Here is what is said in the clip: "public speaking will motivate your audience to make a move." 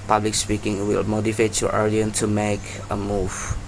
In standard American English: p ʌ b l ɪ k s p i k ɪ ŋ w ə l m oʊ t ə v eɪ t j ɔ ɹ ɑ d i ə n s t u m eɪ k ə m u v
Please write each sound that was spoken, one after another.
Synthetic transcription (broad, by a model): p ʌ b l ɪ k s p i k ɪ ŋ w ə l m oʊ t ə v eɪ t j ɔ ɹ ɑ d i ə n t u m eɪ k ə m u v